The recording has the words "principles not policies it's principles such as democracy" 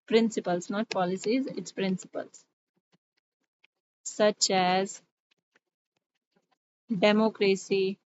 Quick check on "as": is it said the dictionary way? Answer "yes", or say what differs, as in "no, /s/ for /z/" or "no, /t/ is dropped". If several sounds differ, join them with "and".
yes